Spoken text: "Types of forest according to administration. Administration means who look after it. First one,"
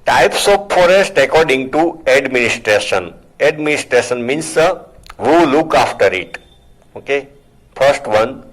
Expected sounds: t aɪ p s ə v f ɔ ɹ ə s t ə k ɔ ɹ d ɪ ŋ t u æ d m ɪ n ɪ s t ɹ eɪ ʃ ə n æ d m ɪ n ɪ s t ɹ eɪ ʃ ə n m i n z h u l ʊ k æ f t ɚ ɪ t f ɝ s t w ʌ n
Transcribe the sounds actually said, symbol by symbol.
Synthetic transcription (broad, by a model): t aɪ p s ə p f ɔ ɹ ə s t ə k ɔ ɹ d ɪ ŋ t u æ d m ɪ n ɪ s t ɹ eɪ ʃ ə n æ d m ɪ n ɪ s t ɹ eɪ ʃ ə n m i n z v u l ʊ k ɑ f t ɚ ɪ t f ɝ s t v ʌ n